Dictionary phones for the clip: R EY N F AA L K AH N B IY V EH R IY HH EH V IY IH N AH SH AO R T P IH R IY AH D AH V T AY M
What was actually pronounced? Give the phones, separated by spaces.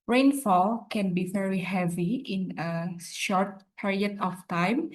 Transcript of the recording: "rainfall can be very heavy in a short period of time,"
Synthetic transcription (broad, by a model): R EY N F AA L K AH N B IY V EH R IY HH EH V IY IH N AH SH AO R T P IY R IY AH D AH F T AY M